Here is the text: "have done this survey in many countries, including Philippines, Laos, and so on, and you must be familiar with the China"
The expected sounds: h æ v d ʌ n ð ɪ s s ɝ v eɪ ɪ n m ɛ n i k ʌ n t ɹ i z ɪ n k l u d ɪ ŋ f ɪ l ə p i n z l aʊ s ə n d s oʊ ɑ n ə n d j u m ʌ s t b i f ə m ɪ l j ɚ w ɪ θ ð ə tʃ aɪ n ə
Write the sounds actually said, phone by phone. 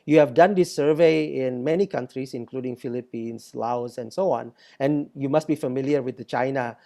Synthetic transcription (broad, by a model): h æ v d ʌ n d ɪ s s ɝ v eɪ ɪ n m ɛ n i k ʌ n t ɹ i s ɪ n k l u d ɪ ŋ f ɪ l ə p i n s l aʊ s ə n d s oʊ ɑ n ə n j u m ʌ s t b i f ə m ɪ l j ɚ w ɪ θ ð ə tʃ aɪ n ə